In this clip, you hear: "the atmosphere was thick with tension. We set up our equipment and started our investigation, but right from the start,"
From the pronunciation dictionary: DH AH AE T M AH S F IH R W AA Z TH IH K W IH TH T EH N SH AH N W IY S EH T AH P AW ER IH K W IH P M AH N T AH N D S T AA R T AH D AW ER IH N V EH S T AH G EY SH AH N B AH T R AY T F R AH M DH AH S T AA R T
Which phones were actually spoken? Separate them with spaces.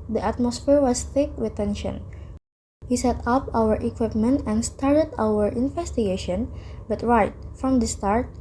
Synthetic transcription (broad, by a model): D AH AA T M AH S F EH R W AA S TH IH K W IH T EH N SH AH N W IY S EH T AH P AW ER IH K W IH P M AH N T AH N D S T AA R T AH D AW ER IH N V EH S T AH G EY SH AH N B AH T R AY T F R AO M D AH S T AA R T